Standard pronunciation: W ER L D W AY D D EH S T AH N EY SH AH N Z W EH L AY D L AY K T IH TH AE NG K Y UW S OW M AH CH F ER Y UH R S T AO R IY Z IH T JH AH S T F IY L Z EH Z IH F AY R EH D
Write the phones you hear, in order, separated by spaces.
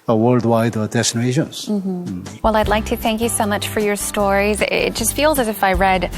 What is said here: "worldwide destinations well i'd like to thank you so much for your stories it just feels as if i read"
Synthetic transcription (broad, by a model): W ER L D W AY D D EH S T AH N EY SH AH N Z W EH L AY D L AY K T IH TH AE NG K Y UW S OW M AH CH F ER Y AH R S T AO R IY Z IH T JH AH S T F IY L Z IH Z IH F AY R EH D